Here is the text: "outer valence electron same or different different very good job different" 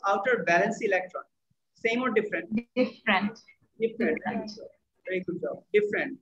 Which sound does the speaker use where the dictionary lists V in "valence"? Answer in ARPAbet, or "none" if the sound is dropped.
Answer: B